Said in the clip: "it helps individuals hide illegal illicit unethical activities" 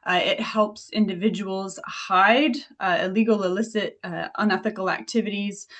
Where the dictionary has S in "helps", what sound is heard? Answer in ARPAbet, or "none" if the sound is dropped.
S